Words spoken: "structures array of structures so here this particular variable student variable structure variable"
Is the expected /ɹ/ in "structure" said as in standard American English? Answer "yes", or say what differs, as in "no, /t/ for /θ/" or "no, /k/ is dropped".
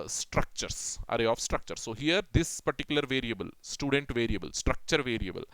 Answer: yes